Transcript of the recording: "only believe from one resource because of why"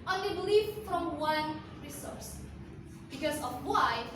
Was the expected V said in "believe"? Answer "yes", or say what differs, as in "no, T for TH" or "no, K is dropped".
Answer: no, F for V